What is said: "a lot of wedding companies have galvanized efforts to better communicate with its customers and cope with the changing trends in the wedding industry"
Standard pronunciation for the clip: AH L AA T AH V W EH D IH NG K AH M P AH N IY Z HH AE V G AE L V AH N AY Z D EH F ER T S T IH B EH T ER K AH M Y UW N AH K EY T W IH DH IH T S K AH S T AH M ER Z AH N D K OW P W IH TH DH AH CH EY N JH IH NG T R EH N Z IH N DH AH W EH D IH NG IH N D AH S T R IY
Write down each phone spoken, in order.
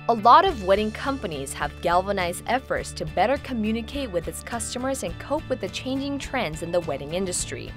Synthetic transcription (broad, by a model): AH L AA T AH V W EH D IH NG K AH M P AH N IY Z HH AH V G AE L V AH N AY Z D EH F ER T S T IH B EH T ER K AH M Y UW N AH K EY T W IH DH IH T S K AH S T AH M ER Z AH N K OW P W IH DH AH CH EY N JH IH NG T R EH N Z IH N DH AH W EH D IH NG IH N D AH S T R IY